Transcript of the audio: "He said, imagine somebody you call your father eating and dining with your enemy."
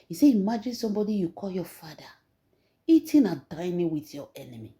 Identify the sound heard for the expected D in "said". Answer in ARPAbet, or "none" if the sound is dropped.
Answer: none